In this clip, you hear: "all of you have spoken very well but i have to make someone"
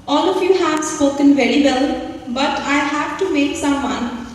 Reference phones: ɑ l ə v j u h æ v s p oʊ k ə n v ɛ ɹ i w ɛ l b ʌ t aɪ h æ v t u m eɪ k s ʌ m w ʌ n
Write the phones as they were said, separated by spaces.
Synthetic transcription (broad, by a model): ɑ l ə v j u h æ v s oʊ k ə n v ɛ ɹ i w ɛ l b ʌ t aɪ h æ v t u m eɪ k s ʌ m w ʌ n